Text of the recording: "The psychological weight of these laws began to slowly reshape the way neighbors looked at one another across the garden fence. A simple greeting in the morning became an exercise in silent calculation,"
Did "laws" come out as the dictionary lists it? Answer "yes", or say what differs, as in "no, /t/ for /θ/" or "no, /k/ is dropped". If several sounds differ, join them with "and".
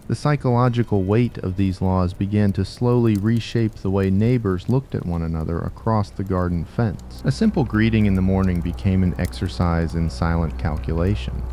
yes